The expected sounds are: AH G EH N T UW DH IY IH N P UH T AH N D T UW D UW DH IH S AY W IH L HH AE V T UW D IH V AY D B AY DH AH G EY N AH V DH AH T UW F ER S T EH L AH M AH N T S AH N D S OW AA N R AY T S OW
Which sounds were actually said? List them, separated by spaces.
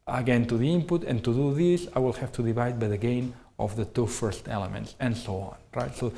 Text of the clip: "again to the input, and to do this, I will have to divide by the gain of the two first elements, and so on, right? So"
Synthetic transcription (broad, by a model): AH G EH N T UW DH IY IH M P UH T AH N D T UW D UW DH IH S AY W IH L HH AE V T UW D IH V AY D B AY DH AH G EY N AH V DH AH T UW F ER S T EH L AH M AH N T S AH N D S OW AA N R AY T S OW